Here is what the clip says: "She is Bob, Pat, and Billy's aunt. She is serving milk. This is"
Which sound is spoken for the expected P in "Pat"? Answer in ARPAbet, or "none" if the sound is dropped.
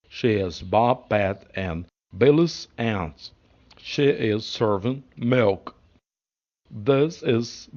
B